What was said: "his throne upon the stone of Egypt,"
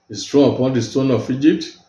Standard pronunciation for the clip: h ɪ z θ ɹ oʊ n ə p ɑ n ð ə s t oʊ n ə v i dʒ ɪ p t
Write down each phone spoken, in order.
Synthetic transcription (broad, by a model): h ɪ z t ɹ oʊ ə p ɑ n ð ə s t oʊ n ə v i dʒ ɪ p t